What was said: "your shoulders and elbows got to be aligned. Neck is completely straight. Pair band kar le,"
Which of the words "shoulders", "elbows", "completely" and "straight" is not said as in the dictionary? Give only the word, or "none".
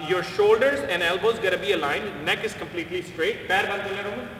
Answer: none